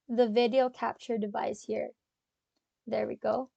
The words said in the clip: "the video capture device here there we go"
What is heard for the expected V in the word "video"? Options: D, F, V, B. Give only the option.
V